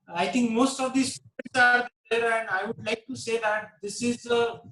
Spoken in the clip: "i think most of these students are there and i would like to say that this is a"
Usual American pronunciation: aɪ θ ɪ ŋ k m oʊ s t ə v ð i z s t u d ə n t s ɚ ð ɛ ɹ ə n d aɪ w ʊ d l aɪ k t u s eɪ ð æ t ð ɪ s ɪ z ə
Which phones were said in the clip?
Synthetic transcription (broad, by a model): aɪ t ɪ ŋ k m oʊ s t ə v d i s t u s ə t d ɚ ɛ ɹ ə n d aɪ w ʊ d l aɪ k t u s eɪ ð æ t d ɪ s ɪ z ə